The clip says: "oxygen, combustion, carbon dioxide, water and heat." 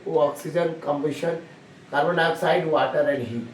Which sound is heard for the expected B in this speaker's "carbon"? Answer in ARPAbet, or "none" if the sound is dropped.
none